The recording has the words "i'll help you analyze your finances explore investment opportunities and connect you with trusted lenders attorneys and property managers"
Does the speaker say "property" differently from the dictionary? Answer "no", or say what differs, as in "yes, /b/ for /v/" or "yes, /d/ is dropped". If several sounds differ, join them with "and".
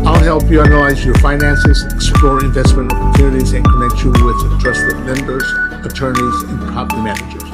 yes, /ɹ/ is dropped